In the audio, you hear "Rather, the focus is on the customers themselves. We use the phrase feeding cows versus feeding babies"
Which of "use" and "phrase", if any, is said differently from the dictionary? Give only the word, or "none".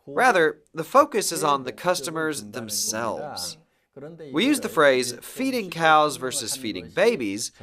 none